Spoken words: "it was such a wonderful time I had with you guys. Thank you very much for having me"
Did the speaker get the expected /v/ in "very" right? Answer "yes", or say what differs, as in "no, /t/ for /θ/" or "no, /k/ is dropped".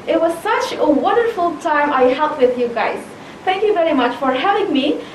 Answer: yes